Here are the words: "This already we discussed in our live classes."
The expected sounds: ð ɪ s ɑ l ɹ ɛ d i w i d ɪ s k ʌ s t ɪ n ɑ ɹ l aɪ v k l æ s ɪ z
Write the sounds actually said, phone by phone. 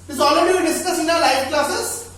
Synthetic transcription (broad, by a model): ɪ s ɑ l ɹ ɛ d i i d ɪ s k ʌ s ɪ n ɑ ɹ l aɪ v k l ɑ s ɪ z